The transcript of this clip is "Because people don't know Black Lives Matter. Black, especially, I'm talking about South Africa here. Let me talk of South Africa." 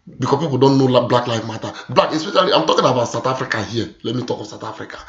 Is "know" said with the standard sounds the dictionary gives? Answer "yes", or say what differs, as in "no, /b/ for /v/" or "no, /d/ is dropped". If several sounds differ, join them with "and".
no, /l/ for /n/